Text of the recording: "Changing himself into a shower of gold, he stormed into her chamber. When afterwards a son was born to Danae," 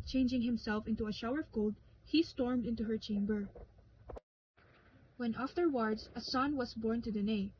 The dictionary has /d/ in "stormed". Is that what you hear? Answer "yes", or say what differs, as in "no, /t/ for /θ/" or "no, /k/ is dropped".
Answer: yes